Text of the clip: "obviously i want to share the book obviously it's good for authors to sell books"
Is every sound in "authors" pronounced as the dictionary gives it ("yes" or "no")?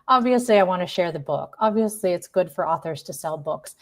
yes